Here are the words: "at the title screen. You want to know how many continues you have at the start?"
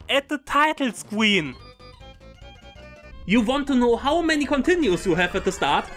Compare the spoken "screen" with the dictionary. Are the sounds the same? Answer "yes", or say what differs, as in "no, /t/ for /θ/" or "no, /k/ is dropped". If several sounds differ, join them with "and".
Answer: no, /w/ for /ɹ/